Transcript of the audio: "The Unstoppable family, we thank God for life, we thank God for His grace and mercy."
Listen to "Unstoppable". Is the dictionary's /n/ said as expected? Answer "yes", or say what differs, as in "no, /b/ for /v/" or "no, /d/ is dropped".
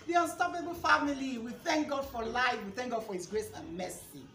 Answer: yes